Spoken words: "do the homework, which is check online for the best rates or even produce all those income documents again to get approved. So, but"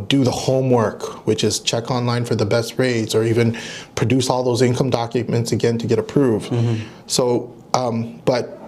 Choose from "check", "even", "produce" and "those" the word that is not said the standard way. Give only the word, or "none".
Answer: none